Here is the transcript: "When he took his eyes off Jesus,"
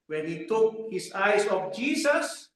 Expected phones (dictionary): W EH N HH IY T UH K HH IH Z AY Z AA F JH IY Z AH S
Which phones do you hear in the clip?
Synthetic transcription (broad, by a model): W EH N HH IY T UH K HH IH S AY S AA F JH IY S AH S